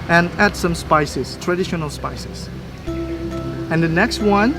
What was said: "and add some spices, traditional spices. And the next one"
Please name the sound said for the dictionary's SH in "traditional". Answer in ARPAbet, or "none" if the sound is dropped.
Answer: SH